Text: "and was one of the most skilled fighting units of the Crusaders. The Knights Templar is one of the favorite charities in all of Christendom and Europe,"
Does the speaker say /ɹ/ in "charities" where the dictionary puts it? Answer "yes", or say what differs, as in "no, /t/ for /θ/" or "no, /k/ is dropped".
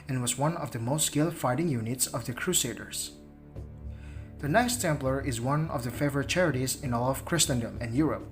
yes